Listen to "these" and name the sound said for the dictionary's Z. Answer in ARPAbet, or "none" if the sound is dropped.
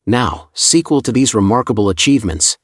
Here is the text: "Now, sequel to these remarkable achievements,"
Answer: Z